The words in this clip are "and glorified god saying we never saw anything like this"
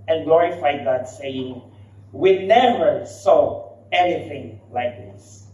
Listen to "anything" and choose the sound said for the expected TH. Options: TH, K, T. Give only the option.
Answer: TH